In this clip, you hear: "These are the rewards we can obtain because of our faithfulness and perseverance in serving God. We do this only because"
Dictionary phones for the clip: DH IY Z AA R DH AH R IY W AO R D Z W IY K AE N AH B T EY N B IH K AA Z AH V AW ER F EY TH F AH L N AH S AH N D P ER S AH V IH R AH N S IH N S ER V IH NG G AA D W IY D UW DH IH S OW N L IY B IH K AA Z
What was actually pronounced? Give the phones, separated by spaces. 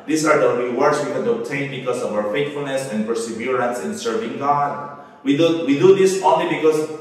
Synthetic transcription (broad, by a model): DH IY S AA R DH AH R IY W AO R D S W IY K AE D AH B T EY N B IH K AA S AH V AW ER F EY T F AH L N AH S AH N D P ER S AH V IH R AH N S IH N S ER V IH NG G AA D W IY D UW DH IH S OW N L IY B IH K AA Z